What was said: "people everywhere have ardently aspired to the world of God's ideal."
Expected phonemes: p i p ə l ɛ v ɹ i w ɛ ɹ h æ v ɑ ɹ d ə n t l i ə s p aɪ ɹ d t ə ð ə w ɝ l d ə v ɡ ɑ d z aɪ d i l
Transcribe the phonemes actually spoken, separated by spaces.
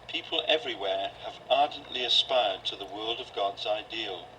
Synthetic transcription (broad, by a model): p i p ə l ɛ v ɹ i w ɛ ɹ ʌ v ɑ ɹ d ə n t l i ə s p aɪ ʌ d t ə ð ə w ɝ l d ə v ɡ ɑ d z aɪ d i l